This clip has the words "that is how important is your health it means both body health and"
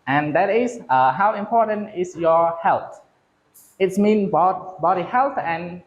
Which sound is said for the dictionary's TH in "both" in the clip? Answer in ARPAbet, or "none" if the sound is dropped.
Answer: T